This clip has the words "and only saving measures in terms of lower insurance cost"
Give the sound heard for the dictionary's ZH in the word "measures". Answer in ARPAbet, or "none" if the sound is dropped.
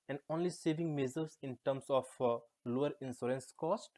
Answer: Z